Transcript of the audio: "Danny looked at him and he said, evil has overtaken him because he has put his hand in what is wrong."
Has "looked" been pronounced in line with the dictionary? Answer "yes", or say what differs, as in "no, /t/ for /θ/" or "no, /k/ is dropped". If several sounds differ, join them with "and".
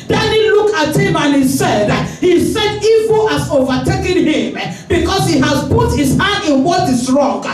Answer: no, /t/ is dropped